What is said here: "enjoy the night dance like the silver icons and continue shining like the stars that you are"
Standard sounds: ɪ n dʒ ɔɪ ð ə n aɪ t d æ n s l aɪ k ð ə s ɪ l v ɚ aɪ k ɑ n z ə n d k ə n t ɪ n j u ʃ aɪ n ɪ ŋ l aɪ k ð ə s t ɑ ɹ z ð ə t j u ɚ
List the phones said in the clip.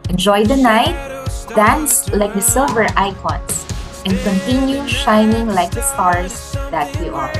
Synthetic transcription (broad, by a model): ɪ n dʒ ɔɪ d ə n aɪ t d æ n s l aɪ k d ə s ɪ l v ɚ aɪ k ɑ n s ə n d k ə n t ɪ n j u ʃ aɪ n ɪ ŋ l aɪ k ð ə s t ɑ ɹ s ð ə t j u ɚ